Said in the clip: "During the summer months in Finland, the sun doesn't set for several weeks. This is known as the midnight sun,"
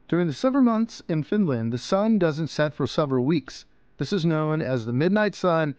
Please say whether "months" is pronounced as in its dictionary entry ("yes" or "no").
yes